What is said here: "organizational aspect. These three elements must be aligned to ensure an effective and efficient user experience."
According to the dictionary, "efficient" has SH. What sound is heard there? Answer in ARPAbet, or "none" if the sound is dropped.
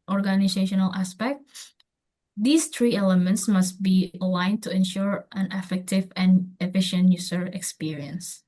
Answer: SH